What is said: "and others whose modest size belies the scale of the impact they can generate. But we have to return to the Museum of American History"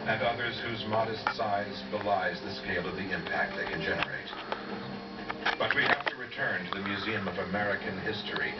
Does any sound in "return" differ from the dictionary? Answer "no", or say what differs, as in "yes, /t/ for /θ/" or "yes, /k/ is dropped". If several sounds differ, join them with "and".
no